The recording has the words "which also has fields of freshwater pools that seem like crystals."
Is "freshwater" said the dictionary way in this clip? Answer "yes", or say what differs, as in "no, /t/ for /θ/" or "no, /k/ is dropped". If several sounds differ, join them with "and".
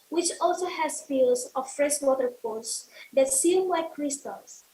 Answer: yes